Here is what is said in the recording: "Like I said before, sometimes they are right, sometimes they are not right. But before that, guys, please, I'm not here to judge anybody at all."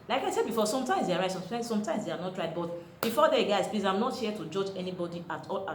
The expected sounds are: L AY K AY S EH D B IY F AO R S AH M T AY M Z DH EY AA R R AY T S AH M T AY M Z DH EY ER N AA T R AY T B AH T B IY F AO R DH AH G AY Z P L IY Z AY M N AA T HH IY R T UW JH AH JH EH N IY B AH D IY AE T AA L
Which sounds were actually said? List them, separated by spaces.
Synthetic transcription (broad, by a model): L AY K AY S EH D B IY F AO S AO M T AY M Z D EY AA R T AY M S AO M T AY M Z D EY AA N AA T R AY T B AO T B IY F AO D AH G AY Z P L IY S AY M N AA T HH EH T UW JH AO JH EH N IY B AH D IY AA T AA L